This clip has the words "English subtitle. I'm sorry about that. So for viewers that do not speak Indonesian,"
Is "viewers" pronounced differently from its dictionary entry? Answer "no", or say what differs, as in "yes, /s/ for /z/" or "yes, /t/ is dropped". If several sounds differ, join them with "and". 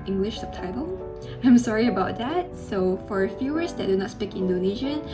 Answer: yes, /f/ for /v/